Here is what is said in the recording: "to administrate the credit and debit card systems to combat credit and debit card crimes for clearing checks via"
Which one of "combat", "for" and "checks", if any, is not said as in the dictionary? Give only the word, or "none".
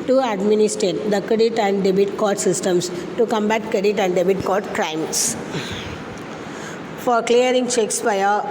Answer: none